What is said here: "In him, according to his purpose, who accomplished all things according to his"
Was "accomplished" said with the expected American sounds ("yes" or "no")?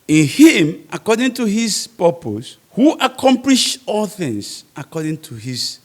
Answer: no